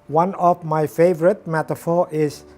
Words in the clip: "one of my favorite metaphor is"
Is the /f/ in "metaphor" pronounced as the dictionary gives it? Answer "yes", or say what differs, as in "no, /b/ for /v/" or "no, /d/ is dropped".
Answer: yes